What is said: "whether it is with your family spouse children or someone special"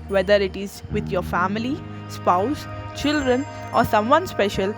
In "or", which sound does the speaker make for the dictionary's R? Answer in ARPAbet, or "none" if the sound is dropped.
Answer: R